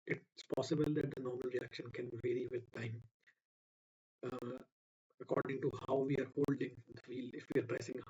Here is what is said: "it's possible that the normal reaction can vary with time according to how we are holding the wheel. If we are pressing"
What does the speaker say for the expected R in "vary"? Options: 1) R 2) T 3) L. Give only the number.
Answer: 1